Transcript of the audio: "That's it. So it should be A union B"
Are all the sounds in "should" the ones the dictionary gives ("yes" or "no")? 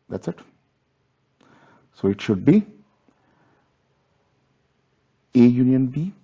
yes